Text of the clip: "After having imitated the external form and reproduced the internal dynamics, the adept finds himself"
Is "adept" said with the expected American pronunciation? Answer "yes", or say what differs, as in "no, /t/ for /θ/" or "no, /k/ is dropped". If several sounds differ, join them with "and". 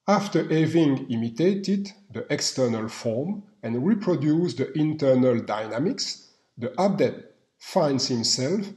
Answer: no, /p/ is dropped